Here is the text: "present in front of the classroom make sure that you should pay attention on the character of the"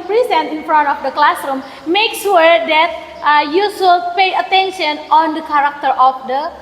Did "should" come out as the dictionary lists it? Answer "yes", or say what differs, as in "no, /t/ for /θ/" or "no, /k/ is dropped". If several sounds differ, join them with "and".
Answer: no, /s/ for /ʃ/